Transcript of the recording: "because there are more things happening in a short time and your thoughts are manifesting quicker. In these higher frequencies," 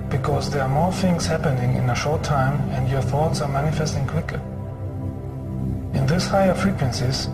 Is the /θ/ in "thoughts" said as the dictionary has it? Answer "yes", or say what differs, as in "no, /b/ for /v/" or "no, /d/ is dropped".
yes